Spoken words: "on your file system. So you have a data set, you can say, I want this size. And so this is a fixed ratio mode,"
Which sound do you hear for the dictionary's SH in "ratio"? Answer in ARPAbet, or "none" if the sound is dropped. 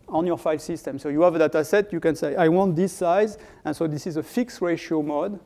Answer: SH